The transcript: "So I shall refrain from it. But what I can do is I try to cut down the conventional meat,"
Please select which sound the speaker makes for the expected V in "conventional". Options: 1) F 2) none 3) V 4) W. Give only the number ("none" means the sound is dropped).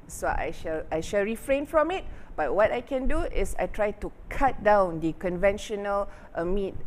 3